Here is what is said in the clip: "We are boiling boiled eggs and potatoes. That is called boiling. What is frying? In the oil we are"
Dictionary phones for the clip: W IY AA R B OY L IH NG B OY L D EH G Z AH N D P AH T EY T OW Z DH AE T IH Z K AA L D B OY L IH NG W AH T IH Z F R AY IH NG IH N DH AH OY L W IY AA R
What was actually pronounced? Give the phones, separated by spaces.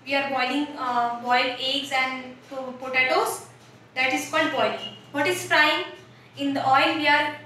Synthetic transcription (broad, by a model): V IY AA R B OY L IH NG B OY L EH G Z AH N D P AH T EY T OW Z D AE T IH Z K AA L D B OY L IH NG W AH T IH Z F R AY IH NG IH N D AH OY L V IY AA R